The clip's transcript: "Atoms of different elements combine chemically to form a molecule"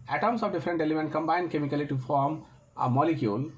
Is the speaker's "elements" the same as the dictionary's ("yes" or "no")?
no